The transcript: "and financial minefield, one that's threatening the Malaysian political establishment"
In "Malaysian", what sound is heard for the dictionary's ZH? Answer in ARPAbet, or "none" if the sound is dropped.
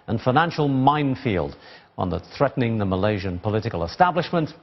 ZH